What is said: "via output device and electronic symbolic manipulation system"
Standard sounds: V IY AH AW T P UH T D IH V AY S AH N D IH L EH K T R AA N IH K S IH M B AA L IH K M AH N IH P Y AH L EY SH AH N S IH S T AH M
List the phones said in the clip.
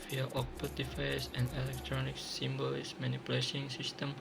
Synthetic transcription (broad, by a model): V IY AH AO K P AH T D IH F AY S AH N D IH L EH K T R AA N IH K S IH M B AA L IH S M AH N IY P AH L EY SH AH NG S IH S T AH M